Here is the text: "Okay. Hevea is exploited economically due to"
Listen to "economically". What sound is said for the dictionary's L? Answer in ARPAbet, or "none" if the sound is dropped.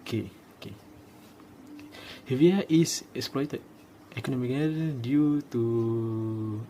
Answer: none